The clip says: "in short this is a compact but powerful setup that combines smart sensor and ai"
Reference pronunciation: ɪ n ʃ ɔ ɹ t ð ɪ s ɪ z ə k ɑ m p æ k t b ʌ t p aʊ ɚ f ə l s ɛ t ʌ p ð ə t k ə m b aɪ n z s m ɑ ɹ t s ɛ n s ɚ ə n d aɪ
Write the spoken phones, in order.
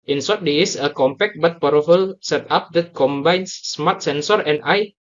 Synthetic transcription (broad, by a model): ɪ n s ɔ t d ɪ ɪ s ə k ɑ m p æ k t b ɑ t p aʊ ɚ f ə l s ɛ t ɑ p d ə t k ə m b aɪ n s m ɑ t s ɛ n s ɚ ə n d aɪ